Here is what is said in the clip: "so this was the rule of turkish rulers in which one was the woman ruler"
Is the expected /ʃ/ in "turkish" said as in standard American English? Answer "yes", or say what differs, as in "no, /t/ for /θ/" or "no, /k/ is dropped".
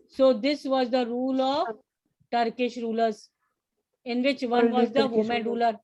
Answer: yes